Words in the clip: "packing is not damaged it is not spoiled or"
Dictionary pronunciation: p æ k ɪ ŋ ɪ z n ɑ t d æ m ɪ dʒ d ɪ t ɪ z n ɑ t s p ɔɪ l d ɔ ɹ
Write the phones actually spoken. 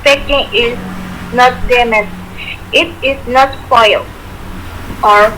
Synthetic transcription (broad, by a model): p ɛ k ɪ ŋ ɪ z n ɑ t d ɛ m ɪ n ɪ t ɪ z n ɑ t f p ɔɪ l ɔ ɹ